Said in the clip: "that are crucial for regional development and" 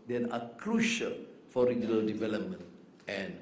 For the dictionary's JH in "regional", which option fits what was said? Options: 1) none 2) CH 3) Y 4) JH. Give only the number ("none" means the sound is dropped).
4